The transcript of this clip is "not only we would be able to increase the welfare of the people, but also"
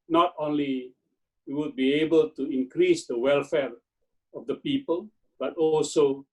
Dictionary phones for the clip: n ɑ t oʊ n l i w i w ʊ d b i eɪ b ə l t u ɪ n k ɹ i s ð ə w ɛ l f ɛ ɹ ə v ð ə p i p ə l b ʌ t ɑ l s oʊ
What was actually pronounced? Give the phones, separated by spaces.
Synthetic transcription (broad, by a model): n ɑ t oʊ n l i w i w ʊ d b i eɪ b ə l t u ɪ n k ɹ i s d ə w ɛ l f ɛ ɹ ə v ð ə p i p ə l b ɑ t ɑ l s oʊ